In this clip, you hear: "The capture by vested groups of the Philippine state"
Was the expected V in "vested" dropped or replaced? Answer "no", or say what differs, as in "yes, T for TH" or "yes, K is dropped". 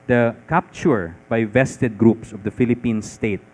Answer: no